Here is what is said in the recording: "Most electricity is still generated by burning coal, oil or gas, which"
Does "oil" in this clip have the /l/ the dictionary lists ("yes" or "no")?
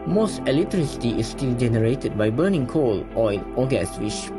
no